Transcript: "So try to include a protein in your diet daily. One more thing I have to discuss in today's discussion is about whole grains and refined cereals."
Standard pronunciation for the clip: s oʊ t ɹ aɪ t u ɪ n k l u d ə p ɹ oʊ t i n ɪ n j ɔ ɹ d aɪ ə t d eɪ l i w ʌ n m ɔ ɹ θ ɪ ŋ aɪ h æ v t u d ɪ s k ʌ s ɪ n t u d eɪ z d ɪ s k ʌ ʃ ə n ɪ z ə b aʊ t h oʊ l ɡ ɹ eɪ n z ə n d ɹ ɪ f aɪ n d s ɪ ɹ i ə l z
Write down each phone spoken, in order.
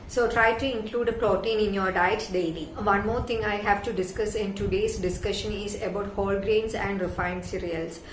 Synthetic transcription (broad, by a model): s oʊ t ɹ aɪ t u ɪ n k l u d ə p ɹ oʊ t i n ɪ n j ɔ ɹ d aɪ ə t d eɪ l i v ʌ n m ɔ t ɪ ŋ aɪ h æ v t u d ɪ s k ʌ s ɪ n t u d eɪ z d ɪ s k ʌ ʃ ə n ɪ z ə b aʊ t h oʊ l ɡ ɹ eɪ n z ə n d ɹ ɪ f aɪ n d s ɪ ɹ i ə l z